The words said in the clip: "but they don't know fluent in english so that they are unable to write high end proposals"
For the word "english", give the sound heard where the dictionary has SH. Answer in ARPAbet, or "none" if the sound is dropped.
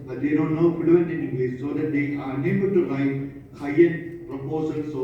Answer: S